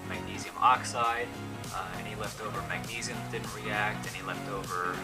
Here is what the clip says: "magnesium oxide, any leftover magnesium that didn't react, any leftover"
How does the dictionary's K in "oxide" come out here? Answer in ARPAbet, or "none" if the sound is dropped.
K